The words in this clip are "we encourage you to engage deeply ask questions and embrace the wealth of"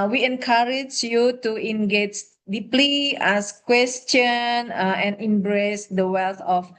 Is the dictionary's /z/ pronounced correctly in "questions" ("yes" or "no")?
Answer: no